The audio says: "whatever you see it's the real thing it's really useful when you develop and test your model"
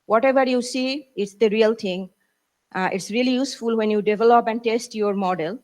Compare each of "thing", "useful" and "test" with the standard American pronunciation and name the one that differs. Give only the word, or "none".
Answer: thing